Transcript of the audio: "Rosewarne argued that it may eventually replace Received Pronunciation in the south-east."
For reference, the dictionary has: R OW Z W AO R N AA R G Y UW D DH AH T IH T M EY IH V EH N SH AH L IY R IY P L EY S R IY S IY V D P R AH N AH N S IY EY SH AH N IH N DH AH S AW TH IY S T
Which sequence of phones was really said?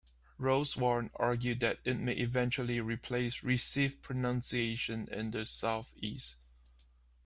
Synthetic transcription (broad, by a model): R OW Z W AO R N AA R G Y UW D DH AH T IH T M EY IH V EH N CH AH L IY R IY P L EY S R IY S IY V P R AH N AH N S IY EY SH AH N IH N DH AH S AW TH IY S T